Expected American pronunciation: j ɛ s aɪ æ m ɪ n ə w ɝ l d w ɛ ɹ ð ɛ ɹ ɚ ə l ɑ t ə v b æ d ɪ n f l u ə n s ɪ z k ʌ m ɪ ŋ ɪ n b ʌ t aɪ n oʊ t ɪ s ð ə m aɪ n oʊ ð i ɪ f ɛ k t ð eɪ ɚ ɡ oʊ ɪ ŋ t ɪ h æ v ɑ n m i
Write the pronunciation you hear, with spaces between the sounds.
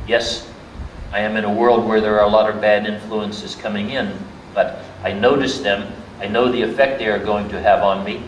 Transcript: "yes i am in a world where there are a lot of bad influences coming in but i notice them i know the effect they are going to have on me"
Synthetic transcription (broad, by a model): j ɛ s aɪ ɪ m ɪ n ə w ɝ l d w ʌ ɹ ð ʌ ɹ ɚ ə l ɑ t ə v b æ d ɪ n f l u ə n s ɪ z k ʌ m ɪ ŋ ɪ n b ʌ t aɪ n oʊ t ɪ s ð ə m aɪ n oʊ ð i ɪ f ɛ k t ð eɪ ɚ ɡ oʊ ɪ ŋ t ɪ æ v n m i